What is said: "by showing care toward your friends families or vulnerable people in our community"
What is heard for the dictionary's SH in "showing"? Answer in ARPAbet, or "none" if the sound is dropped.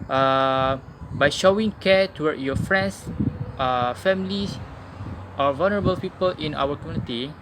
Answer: SH